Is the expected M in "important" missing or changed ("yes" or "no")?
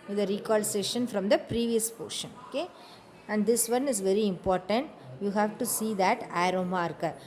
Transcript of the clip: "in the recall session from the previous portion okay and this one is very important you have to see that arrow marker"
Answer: no